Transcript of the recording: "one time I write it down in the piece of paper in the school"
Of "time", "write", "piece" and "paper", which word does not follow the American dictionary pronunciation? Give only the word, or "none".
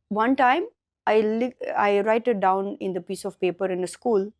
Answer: write